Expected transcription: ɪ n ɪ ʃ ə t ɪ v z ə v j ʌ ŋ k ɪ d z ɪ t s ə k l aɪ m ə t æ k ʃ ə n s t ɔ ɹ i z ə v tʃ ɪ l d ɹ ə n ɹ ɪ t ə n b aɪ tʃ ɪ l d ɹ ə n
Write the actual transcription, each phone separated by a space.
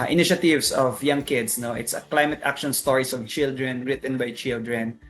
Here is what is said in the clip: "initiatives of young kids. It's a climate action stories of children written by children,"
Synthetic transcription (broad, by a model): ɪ n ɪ ʃ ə t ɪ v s ə v j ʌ ŋ k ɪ d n ɪ t s ə k l aɪ m ə t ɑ k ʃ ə n s t ɔ ɹ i s ə v tʃ ɪ l d ɹ ə n ɹ ɪ t ə n b aɪ tʃ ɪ l d ɹ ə n